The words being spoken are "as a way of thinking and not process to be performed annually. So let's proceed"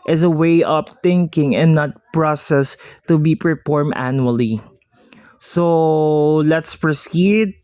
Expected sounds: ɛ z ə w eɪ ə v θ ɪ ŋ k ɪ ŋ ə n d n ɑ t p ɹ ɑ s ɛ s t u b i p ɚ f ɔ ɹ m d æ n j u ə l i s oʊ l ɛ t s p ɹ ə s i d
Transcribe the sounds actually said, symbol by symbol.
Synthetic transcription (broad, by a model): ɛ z ə w eɪ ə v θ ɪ ŋ k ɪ ŋ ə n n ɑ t p ɹ ɑ s ɛ s t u b i p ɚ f ɔ ɹ m æ n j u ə l i s oʊ l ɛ t s p ɹ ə s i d